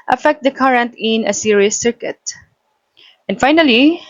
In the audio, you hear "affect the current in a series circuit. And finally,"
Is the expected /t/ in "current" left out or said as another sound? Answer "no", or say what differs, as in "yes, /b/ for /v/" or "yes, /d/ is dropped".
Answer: no